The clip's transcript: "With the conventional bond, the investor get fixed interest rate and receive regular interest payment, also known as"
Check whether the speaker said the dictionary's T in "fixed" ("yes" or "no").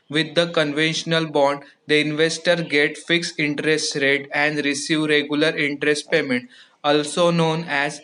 no